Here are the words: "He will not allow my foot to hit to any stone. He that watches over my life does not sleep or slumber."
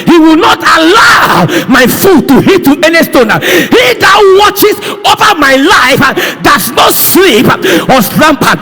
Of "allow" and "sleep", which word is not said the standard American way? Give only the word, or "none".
none